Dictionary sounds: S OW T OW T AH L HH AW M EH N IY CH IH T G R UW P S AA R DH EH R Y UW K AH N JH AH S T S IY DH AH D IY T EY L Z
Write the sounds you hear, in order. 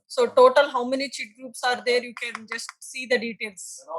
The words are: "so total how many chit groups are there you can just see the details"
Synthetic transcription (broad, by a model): S OW T OW T AH L HH AW M EH N IY CH IH T G R UW P S AA R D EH R Y UW K AH N JH AH S T S IY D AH D IY T EY L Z